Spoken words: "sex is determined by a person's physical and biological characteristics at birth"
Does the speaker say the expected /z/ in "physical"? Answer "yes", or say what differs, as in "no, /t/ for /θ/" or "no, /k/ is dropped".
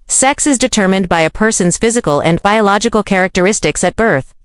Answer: yes